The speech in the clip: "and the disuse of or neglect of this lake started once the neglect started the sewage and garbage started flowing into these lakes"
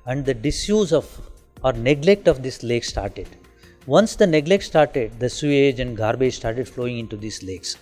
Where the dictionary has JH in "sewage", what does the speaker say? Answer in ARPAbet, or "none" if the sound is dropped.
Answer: JH